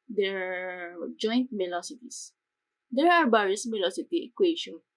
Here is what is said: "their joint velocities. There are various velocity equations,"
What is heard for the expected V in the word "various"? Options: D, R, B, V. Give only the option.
B